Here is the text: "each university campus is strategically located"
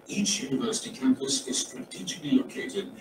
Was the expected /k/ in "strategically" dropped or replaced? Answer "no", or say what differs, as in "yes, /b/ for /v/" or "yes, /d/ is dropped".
no